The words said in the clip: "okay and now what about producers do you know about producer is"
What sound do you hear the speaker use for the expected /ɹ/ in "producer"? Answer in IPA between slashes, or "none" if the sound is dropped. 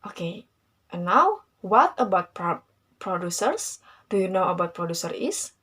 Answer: /ɹ/